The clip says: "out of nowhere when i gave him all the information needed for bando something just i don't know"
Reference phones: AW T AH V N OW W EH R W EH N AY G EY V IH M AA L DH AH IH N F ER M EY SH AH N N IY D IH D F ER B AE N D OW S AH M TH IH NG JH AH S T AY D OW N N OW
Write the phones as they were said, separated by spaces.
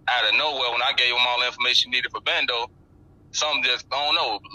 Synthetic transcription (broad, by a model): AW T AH N OW W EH L W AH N AY G EY V IH M AA L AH IH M F ER M EY SH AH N N IY D IH D F ER B AE N D OW S AH M JH AH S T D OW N N OW